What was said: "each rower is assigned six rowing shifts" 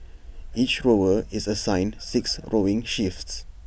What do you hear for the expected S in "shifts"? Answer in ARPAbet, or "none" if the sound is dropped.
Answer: S